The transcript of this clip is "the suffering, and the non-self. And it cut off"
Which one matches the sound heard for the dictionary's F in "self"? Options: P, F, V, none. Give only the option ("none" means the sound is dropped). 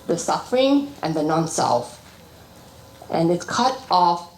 F